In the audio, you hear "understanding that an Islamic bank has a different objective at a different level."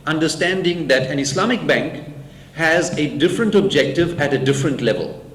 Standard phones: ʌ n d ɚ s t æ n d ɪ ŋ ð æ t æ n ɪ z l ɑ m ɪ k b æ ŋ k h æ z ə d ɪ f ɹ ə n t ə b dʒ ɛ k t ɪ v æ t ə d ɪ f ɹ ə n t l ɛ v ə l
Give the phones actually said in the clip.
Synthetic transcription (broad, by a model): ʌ n d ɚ s t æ n d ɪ ŋ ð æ t æ n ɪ s l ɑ m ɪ k b æ ŋ k h æ z ə d ɪ f ɹ ə n t ə b dʒ ɛ k t ɪ v æ t ə d ɪ f ɹ ə n t l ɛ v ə l